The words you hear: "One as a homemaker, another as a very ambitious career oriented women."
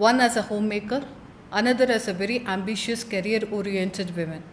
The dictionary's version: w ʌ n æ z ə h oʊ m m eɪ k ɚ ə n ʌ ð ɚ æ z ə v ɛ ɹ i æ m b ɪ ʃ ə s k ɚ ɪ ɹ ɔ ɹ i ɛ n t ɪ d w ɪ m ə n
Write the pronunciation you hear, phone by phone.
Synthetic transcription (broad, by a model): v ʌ n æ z ə h oʊ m m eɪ k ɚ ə n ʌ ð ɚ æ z ə v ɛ ɹ i æ m b ɪ ʃ ə s k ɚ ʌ ɹ ɔ ɹ i ɛ n t ɪ d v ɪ m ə n